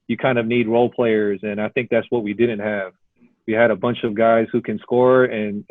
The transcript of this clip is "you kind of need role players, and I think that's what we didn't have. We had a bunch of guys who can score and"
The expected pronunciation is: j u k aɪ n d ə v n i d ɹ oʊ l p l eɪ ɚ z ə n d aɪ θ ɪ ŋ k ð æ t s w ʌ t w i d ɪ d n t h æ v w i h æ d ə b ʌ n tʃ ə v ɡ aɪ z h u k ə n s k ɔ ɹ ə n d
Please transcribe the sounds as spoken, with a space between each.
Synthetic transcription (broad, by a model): j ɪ k aɪ n d ə v n i d ɹ oʊ l p l eɪ ɚ z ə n aɪ θ ɪ ŋ k ð æ t s w ʌ t w i d ɪ d n t h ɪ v w i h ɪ d ə b ʌ n tʃ ə v ɡ aɪ z h u k ə n s k ɔ ɹ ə n